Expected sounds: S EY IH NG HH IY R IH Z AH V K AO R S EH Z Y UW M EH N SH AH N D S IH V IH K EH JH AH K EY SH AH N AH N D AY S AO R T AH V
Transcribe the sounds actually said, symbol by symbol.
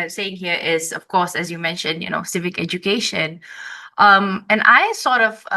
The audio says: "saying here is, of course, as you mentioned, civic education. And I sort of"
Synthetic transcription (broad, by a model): S EY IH NG HH IY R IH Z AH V K AO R S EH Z Y UW M EH N SH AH N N S IH V IH K EH JH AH K EY SH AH N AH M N AY S AO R T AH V